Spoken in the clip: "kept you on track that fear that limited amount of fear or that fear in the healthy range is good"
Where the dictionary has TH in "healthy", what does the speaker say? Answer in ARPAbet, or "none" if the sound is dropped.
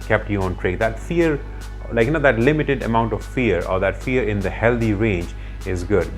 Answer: T